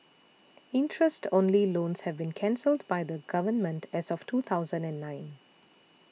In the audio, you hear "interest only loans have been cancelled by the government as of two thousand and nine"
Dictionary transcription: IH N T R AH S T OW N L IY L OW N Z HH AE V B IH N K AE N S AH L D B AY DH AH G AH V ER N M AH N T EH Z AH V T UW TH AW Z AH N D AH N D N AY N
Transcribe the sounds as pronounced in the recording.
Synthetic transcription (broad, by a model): IH N T R AH S T OW N L IY L OW N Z HH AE V B IH N K AE N S AH L D B AY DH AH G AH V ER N M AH N T EH Z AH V T UW T AW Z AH N D AH N D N AY N